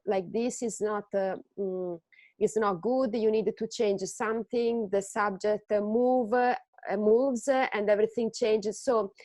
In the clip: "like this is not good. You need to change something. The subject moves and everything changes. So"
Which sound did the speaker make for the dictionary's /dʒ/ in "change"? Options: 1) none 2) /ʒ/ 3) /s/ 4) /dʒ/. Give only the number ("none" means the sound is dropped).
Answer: 4